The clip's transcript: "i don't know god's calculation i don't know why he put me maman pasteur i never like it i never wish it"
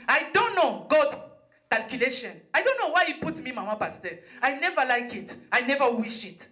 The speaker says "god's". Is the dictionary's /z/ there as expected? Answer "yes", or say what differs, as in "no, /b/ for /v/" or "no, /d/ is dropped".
no, /z/ is dropped